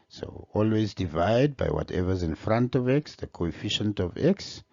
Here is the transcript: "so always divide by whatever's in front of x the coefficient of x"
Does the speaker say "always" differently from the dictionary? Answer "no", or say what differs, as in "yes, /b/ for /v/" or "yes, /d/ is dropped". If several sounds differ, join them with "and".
no